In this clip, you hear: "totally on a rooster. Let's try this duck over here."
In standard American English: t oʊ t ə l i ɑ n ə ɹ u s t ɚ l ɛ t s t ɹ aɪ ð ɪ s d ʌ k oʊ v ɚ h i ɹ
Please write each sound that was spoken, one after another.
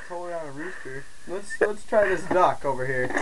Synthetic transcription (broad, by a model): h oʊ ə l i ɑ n ə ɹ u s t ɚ l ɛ t s t ɹ aɪ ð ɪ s d ʌ k oʊ v ɚ h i ɹ